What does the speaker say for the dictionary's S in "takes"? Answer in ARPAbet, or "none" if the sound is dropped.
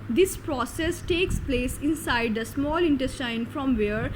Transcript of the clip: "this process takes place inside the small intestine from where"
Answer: S